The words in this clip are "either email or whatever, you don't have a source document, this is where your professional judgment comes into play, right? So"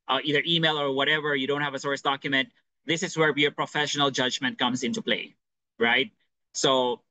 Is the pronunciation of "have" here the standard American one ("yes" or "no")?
yes